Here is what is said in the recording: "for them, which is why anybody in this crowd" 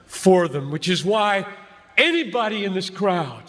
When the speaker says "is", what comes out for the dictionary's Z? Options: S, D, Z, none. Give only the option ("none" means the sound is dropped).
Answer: Z